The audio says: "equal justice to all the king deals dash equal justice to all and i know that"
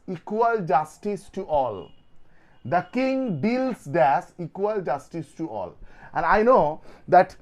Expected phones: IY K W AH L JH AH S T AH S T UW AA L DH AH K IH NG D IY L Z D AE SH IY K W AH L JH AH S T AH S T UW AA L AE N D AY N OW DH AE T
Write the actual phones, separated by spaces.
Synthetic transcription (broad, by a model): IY K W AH L JH AH S T AH S T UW AA L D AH K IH NG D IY L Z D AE S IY K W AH L JH AH S T AH S T UW AA L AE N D AY N OW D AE T